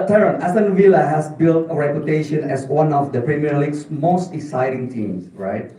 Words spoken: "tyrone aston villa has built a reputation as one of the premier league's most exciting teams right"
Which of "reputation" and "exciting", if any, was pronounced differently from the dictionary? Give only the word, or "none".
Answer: exciting